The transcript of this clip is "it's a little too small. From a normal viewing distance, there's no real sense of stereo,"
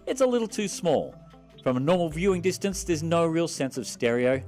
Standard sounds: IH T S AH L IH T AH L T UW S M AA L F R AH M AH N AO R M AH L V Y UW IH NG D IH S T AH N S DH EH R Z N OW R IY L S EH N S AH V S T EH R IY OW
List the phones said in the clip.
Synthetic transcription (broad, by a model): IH T S AH L IH T L T UW S M AA L F R AH M AH N AO R M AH L V Y UW IH NG D IH S T AH N S DH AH R Z N OW R IY L S EH N S AH V S T EH R IY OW